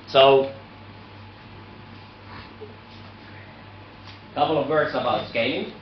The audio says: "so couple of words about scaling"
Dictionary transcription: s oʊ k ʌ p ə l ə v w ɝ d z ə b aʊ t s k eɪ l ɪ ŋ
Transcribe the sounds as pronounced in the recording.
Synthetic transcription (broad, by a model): s oʊ k ʌ p l ə v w ɝ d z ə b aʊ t s k eɪ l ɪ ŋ